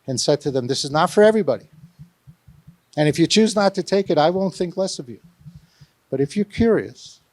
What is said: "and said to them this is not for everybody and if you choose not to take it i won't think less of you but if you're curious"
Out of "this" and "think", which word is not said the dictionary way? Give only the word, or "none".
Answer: none